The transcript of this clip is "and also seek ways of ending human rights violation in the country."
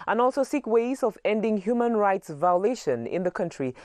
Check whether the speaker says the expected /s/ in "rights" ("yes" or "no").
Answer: yes